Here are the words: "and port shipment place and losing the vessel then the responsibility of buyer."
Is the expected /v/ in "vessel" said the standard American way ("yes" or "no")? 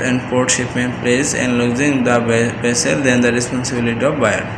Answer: no